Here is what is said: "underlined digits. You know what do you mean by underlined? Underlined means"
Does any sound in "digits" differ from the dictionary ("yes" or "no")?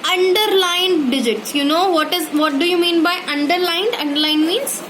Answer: no